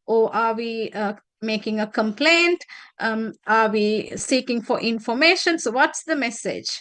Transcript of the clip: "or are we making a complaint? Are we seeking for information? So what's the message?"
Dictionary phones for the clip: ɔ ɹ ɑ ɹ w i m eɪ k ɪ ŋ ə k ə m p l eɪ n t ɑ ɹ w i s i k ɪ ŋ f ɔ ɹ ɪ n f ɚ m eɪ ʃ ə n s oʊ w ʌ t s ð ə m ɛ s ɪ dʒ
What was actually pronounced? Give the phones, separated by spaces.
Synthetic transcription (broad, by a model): ɔ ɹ ɑ ɹ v i m eɪ k ɪ ŋ ə k ə m p l eɪ n t ɑ ɹ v i s i k ɪ ŋ f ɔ ɹ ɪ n f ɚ m eɪ ʃ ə n s oʊ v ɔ t s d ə m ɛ s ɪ dʒ